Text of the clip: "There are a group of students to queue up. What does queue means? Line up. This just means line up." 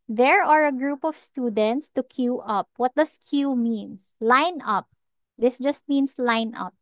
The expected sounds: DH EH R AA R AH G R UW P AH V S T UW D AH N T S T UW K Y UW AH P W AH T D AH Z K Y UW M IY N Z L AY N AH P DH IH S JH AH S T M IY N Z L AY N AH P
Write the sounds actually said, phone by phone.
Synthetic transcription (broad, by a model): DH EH R AA R AH G R UW P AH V S T UW D AH N T S T UW K Y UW AH P W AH T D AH S K Y UW M IY N S L AY N AH P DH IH S JH AH S T M IY N S L AY N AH P